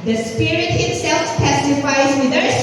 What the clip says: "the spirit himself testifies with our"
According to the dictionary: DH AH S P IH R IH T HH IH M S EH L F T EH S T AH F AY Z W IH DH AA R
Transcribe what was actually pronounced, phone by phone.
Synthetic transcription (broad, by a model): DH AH S P IH R IH T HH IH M S EH L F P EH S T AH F AY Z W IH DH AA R